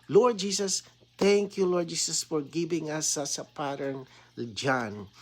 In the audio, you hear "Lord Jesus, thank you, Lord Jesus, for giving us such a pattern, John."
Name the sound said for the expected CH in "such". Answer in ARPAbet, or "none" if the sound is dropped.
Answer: S